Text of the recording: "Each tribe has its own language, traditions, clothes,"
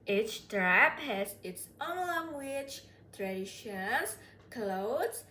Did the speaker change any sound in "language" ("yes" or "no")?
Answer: yes